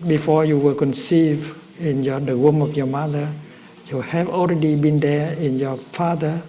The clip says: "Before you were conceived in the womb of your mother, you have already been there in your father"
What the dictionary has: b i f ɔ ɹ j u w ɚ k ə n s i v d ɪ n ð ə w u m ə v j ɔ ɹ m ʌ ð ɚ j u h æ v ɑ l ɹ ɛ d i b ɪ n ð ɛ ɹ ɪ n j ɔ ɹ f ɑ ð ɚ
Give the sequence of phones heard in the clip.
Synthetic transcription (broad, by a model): b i f ɔ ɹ j u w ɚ k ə n s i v ɪ n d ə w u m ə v j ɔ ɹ m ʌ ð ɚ j u h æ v ɑ l ɹ ɛ d i b ɪ n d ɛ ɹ ɪ n j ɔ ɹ f ɑ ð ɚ